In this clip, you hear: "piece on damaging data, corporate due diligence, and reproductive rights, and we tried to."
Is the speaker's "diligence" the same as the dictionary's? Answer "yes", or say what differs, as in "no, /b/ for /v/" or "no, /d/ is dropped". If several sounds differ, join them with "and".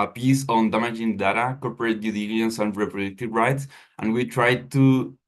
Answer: no, /dʒ/ is dropped